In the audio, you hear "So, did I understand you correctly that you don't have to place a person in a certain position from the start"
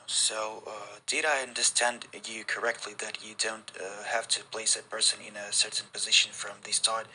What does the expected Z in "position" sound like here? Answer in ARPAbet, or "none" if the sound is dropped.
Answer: Z